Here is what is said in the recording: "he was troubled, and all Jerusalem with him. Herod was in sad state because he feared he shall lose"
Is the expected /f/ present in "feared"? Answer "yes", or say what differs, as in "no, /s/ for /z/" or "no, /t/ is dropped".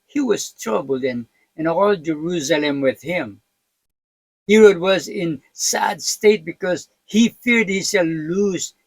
yes